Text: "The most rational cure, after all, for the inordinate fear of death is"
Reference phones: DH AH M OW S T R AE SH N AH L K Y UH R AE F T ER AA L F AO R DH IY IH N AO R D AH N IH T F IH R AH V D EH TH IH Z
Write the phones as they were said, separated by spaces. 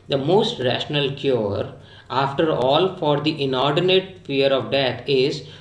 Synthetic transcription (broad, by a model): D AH M OW S T R AE SH N AH L K Y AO R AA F T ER AA L F AO R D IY IH N AO R D AH N IH T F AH R AH V D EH T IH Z